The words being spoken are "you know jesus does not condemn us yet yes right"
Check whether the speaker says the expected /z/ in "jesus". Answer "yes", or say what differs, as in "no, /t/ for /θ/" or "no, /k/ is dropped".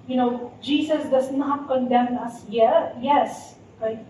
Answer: no, /s/ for /z/